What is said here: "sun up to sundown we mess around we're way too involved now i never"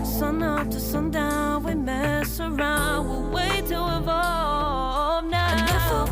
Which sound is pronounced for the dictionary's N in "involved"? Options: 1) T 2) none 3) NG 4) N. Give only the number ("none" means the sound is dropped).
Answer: 2